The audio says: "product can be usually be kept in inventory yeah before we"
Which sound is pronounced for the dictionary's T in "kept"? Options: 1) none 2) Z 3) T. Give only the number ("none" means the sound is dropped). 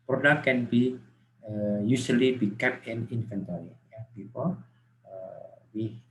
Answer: 1